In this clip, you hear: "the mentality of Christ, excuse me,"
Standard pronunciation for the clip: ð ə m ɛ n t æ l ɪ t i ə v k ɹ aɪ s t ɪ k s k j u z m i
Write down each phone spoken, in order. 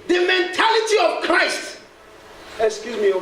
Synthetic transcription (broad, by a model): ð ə m ɛ n t æ l ɪ t i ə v k ɹ aɪ s t ɪ k s k j u z m i